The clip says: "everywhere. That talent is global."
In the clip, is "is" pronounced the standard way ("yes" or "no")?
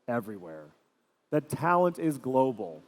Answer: yes